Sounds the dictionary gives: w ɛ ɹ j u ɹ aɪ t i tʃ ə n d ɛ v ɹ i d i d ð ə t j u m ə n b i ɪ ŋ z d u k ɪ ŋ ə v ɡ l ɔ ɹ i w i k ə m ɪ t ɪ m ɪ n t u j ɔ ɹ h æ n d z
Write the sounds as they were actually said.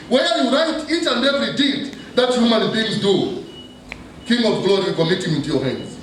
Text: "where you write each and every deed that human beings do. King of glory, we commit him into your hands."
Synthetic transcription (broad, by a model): w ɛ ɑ j u ɹ aɪ t i tʃ ə n d ɛ v ɹ i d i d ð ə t j u m ə n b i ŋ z d u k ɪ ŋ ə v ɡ l ɔ ɹ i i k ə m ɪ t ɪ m ɪ n t u j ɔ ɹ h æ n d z